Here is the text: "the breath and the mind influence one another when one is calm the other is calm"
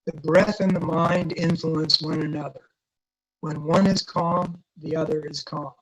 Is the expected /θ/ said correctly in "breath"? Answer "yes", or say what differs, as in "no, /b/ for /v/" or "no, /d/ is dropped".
yes